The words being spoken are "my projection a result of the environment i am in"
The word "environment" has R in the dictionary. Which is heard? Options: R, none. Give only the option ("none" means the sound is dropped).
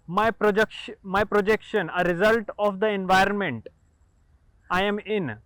R